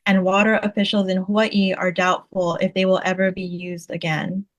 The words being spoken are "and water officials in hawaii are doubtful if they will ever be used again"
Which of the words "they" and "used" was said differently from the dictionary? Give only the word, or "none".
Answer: none